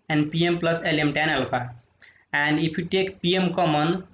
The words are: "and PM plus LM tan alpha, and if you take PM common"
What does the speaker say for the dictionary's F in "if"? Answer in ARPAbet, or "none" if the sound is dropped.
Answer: P